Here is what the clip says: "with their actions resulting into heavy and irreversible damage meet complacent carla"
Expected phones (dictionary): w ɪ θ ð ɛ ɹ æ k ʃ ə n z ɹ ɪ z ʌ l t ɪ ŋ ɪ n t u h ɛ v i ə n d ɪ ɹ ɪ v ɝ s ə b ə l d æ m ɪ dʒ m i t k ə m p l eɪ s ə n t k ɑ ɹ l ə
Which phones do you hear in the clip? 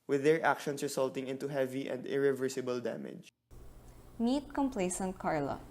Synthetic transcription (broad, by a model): w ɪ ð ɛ ɹ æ k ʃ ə n s ɹ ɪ s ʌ l t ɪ ŋ ɪ n t u h ɛ v i ə n d ɪ ɹ ɪ v ɝ s ə b ə l d æ m ɪ dʒ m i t k ə m p l eɪ s ə n t k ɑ ɹ l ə